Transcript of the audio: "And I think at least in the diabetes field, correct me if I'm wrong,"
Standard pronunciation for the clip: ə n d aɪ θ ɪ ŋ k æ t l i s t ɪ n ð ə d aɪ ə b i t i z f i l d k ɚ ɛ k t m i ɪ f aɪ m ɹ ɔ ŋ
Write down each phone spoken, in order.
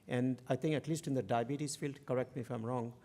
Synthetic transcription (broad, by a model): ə n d aɪ t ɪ ŋ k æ t l i s t ɪ n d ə d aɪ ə b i t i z f i l d k ɚ ɛ k t m i ɪ f aɪ m ɹ ɔ ŋ